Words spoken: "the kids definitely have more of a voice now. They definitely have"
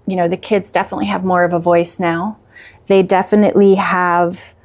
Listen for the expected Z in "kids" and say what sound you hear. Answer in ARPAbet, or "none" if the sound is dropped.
Z